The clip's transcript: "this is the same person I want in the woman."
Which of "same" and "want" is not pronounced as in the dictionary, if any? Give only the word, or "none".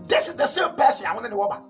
want